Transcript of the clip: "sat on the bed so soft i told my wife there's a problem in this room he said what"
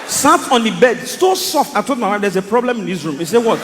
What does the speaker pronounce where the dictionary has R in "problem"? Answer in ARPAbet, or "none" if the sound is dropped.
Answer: R